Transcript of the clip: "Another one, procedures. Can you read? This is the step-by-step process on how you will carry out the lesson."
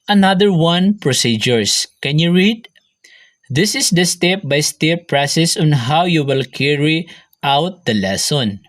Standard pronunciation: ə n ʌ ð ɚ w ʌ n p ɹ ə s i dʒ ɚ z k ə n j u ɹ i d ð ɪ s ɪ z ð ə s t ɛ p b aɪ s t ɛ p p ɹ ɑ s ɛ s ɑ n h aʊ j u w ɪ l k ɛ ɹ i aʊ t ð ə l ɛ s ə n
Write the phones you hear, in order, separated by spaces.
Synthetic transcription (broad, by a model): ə n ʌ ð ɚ w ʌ n p ɹ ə s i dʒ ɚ s k ə n j u ɹ i d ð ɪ s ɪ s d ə s t ɛ p b aɪ s t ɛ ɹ p ɹ ɑ s ɛ s ɑ n h aʊ j u w ɪ l k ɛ ɹ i aʊ t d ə l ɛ s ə n